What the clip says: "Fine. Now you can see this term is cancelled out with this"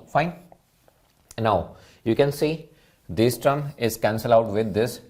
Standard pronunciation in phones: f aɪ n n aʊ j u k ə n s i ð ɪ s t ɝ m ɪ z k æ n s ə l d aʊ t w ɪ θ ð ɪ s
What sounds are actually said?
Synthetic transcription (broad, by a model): f aɪ n n aʊ j u k ə n s i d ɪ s t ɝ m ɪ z k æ n s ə l aʊ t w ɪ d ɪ s